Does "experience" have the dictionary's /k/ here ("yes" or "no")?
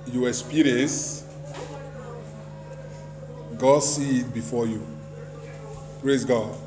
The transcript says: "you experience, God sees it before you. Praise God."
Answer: no